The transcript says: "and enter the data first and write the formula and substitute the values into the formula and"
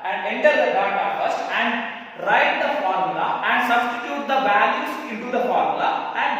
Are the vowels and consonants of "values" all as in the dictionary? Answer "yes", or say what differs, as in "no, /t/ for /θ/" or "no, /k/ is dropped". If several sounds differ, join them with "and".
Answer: no, /b/ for /v/ and /s/ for /z/